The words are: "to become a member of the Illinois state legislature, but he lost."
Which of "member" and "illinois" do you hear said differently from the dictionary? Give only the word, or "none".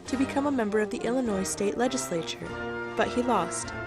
none